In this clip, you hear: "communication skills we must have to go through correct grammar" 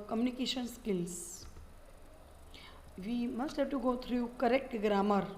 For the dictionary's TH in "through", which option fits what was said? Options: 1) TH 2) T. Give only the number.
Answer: 2